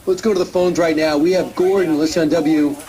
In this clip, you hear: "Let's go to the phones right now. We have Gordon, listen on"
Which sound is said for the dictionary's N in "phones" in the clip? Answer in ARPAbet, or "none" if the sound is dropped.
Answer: N